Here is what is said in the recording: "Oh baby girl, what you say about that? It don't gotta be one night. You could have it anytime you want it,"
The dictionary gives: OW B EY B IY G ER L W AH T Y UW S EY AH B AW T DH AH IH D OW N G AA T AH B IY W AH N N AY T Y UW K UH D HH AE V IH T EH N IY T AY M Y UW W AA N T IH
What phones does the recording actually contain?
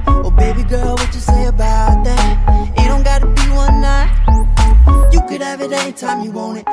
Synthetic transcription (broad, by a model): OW B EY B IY G ER L W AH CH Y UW S EY AH B AW T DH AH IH D OW N G AA T AH B IY W AH N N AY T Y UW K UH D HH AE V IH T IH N T AY M Y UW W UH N IH